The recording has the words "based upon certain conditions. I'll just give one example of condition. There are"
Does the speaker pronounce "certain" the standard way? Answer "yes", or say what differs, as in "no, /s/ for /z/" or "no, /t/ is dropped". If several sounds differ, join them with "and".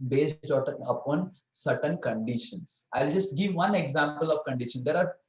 yes